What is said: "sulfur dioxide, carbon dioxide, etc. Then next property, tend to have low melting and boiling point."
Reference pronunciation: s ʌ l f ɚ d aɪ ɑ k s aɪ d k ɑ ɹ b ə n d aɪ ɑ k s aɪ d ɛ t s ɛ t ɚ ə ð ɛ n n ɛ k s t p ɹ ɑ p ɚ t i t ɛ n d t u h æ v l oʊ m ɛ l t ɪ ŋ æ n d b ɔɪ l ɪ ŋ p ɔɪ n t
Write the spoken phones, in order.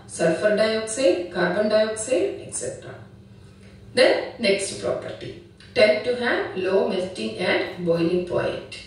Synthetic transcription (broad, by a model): s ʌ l f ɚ d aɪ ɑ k s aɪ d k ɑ ɹ b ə n d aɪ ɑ k s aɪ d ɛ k s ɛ t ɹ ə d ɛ n n ɛ k s t p ɹ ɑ p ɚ t i t ɛ n d t u h æ v l oʊ m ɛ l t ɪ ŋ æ n d b ɔɪ l ɪ ŋ p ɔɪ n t